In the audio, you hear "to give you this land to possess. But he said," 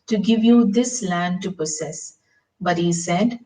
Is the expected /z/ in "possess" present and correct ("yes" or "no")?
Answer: no